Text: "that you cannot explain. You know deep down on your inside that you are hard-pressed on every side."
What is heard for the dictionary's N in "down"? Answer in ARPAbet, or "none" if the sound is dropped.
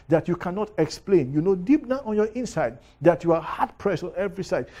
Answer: none